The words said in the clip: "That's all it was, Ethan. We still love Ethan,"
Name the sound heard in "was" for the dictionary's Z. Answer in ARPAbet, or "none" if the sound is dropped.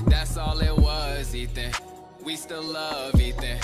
Z